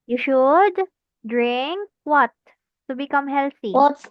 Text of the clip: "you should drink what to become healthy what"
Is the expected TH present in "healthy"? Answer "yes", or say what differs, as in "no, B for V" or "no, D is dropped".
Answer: no, T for TH